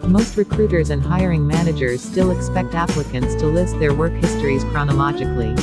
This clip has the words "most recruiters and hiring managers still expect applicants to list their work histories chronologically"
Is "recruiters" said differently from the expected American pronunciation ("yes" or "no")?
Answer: no